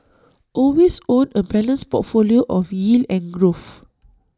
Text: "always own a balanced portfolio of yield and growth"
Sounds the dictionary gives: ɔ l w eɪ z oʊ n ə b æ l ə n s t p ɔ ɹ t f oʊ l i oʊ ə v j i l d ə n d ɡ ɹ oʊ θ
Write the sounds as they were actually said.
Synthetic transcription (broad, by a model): ɔ l w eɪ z oʊ n ə b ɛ l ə n s p ɔ t f oʊ l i oʊ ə f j i l ə n ɡ ɹ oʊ f